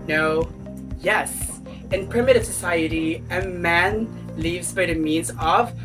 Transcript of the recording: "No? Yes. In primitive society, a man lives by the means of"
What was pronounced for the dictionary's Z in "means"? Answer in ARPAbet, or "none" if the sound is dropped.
Z